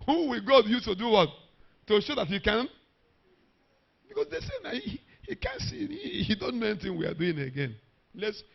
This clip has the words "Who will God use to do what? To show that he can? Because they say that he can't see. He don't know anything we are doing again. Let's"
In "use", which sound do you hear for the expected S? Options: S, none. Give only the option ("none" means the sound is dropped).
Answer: none